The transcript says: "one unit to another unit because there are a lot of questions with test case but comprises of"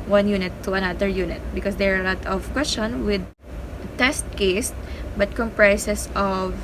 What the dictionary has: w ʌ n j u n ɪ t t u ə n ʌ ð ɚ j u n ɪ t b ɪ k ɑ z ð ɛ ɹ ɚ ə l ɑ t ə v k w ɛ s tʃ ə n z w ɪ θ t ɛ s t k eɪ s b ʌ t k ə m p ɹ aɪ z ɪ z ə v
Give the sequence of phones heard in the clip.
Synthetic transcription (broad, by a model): w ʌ n j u n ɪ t t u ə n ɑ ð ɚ j u n ɪ t b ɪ k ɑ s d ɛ ɹ ə l ɑ t ə v k w ɛ s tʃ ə n w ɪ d t ɛ s t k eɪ s b ʌ t k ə m p ɹ aɪ s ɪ s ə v